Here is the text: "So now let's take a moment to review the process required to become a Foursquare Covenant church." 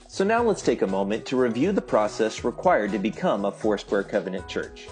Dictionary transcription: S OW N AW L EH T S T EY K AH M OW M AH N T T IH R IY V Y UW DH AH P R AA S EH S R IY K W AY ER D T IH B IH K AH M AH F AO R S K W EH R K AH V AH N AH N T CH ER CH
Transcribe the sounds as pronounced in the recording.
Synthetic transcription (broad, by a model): S OW N AW L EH T S T EY K AH M OW M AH N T T IH R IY V Y UW DH AH P R AA S EH S R IY K W AY ER D T IH B IH K AH M AH F AO R S W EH R K AH V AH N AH N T CH ER CH